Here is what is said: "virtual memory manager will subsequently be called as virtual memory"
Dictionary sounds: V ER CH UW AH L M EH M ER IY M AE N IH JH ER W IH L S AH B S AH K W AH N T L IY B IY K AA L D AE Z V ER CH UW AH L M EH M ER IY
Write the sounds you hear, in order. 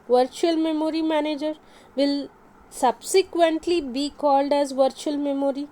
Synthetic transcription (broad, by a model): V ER CH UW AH L M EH M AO IY M AE N IH JH ER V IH L S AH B S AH K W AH N T L IY B IY K AA L D AE Z V ER CH UW AH L M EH M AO IY